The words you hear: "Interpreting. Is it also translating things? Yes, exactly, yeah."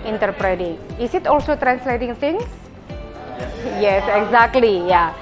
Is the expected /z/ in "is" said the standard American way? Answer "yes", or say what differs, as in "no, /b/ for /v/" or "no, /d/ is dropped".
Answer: no, /s/ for /z/